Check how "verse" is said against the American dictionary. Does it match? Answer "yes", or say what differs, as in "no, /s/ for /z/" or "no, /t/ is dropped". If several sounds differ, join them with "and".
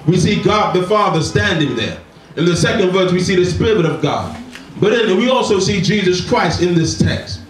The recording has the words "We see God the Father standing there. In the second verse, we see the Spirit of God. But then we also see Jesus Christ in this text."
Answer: yes